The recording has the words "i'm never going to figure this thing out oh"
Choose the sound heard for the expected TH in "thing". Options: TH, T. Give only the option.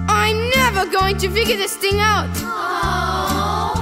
TH